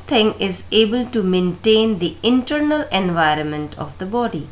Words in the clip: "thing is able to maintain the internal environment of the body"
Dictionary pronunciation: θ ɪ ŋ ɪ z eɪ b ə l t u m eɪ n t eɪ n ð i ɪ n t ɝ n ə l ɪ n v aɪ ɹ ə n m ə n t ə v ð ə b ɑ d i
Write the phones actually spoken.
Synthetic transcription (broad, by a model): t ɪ ŋ ɪ z eɪ b ə l t u m eɪ n t eɪ n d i ɪ n t ɝ n ə l ɪ n v aɪ ɹ ə n m ə n t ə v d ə b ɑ d i